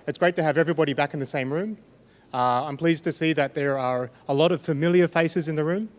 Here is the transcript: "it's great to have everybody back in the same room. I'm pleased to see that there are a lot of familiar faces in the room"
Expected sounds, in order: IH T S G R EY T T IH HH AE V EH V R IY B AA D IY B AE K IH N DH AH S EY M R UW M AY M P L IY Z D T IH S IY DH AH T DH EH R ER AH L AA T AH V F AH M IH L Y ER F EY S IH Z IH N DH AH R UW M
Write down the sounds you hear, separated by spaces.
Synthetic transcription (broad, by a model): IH T S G R EY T T IH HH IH V EH V R IY B AA D IY B AE K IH N DH AH S EY M R UW M AY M P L IY Z T IH S IY DH AH T DH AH R ER AH L AA T AH V F AH M IH L Y ER F EY S IH Z IH N DH AH R UW M